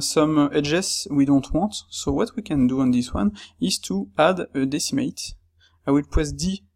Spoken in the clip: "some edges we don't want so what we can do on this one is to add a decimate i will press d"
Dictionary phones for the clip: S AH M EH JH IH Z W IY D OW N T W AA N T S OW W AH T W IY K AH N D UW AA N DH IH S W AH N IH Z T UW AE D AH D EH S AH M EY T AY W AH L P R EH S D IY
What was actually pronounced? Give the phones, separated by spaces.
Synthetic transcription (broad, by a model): S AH M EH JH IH S W IY D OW N T W AA T S OW W AH T W IY K AH N D UW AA N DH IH S W AH N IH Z T UW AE D AH D EH S AH M EY T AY W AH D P W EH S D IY